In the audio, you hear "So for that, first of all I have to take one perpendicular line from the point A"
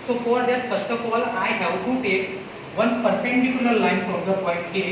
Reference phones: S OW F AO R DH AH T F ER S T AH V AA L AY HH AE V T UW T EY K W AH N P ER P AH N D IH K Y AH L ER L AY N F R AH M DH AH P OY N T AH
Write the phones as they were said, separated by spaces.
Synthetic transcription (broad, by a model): S OW F AO R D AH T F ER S T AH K AA L AY HH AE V T UW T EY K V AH N P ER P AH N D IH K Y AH N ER L AY N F R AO M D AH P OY N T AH